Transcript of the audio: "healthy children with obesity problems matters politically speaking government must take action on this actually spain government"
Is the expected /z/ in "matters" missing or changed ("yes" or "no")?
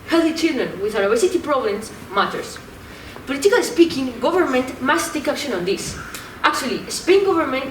yes